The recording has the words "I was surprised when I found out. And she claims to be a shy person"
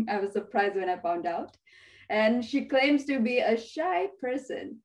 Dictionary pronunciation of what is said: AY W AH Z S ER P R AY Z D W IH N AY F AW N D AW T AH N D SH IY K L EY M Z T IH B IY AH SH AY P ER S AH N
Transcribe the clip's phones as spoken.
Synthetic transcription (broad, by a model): AY W AH Z S ER P R AY Z D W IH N AY F AW N D AW T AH N SH IY K L EY M Z T IH B IY AH SH AY P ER S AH N